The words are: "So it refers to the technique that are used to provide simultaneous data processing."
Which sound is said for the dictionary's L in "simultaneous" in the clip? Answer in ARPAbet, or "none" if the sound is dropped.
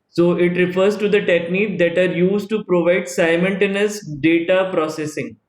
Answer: N